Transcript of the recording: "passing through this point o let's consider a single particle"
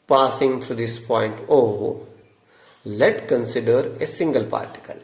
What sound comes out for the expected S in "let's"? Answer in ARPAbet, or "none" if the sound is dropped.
none